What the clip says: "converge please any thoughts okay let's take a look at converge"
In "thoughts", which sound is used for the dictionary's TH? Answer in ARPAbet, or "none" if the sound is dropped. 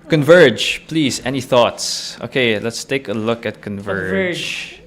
TH